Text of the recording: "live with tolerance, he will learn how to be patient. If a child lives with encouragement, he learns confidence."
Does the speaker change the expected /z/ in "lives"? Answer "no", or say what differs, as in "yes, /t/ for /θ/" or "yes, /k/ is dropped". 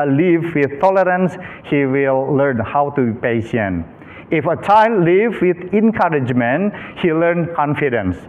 yes, /z/ is dropped